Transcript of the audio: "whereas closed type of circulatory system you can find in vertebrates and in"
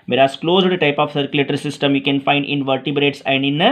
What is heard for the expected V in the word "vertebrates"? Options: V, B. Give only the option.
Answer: V